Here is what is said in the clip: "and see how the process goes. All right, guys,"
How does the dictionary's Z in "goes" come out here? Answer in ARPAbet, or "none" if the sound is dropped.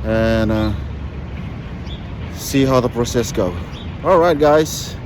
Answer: none